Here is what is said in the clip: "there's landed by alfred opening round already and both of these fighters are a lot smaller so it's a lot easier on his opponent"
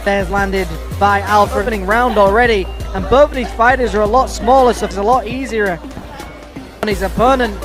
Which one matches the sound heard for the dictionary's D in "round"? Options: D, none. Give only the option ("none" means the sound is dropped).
D